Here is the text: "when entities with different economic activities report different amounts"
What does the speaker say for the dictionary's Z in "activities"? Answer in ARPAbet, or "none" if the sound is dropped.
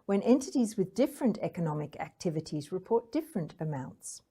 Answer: Z